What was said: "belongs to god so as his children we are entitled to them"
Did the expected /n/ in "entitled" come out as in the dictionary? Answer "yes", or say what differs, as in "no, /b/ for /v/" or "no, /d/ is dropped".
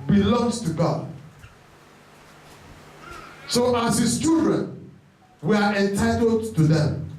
yes